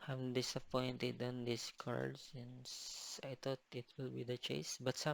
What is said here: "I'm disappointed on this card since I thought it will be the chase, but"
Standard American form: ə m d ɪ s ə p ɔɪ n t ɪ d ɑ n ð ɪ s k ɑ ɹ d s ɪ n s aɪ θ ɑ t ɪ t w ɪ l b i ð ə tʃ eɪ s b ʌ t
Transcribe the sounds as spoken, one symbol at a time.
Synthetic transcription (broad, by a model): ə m d ɪ s ə p ɔɪ n t ɪ d ɑ n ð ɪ s k ɑ ɹ d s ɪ n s aɪ t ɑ t ɪ t w ɪ l b i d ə tʃ eɪ s b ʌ t